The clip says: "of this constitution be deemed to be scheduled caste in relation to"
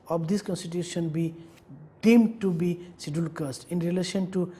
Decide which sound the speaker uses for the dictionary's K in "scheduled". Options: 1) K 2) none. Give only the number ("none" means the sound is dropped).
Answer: 2